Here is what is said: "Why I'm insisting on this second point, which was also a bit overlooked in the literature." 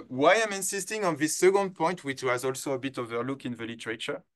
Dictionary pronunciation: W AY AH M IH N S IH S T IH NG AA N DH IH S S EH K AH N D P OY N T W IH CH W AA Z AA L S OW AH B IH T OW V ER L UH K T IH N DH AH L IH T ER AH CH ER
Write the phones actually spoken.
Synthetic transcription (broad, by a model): W AY AH M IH N S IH S T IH NG AA N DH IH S S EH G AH N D P OY N T W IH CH W AA Z AA L S OW AH B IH T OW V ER L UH K IH N DH AH L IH T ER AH CH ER